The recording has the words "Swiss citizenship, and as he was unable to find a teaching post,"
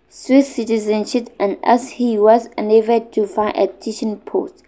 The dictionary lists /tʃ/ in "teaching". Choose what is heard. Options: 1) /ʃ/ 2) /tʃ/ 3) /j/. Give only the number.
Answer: 1